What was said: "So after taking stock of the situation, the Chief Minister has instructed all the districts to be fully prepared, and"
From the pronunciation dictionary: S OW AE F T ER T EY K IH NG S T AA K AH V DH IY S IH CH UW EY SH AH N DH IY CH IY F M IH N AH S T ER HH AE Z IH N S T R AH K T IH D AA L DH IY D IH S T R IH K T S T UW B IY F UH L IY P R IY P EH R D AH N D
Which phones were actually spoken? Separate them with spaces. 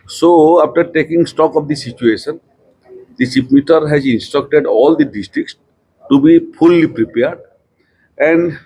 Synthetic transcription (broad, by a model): S OW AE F T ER T EY K IH NG S T AA K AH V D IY S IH CH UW EY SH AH N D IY S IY P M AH T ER HH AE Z IH N S T R AH K T IH D AA L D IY D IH S T R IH K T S T UW B IY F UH L IY P R IY P EH R D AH N D